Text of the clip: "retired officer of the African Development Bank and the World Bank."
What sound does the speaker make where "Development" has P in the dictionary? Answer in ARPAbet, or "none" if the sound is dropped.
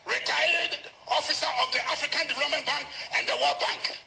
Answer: none